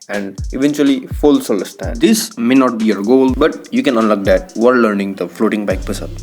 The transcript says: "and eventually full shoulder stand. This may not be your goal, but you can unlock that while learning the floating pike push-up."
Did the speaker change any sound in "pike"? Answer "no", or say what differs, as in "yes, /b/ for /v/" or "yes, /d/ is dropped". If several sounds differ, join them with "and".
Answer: yes, /b/ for /p/